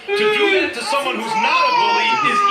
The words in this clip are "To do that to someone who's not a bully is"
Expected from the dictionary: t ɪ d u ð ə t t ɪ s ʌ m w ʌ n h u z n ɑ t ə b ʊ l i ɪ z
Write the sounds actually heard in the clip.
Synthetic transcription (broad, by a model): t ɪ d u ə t t ɪ s ʌ m w ʌ n h u z n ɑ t ə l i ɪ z